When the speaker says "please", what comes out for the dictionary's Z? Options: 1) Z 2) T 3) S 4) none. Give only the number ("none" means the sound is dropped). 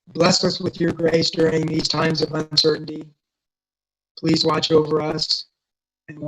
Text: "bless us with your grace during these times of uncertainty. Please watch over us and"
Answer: 1